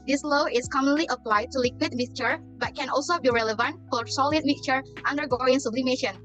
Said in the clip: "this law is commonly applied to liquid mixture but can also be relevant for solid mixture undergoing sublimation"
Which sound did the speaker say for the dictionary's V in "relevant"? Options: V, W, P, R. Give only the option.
V